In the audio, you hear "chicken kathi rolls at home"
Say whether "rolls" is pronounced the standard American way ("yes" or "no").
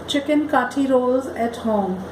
yes